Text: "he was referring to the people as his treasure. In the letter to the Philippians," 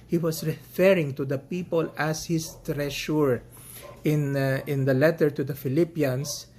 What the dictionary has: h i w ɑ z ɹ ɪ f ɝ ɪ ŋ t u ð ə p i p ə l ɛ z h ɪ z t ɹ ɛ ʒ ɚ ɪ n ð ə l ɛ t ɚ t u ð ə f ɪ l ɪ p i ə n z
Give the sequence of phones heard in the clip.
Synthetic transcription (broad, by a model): h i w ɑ s ɹ ɪ f ɝ ɪ ŋ t u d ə p i p ə l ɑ s h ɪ s t ɹ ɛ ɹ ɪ ɪ n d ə l ɛ t ɚ t u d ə f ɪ l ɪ p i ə n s